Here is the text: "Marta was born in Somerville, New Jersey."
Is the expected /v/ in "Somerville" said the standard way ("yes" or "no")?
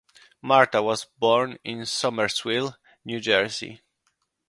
no